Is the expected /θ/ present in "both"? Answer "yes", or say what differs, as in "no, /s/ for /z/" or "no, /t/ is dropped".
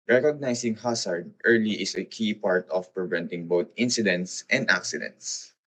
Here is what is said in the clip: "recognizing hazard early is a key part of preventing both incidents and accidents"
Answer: no, /t/ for /θ/